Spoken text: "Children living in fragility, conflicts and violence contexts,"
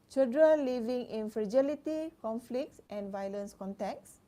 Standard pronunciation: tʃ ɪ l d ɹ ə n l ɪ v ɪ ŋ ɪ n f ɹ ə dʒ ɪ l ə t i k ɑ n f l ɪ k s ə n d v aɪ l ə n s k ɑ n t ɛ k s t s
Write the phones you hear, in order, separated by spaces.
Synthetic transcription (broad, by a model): tʃ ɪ l d ɹ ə n l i v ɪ ŋ ɪ n f ɹ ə dʒ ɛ l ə t i k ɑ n f l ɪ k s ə n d v aɪ l ə n s k ɑ n t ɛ k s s